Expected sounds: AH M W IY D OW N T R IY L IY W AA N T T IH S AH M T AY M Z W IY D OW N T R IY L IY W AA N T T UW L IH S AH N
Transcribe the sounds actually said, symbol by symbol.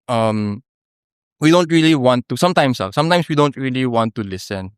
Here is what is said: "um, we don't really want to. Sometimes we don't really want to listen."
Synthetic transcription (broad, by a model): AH M W IY D OW N T R IY L IY W AA N T T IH S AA M T AY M S W IY D OW N T R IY L IY W AA N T T UW L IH S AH N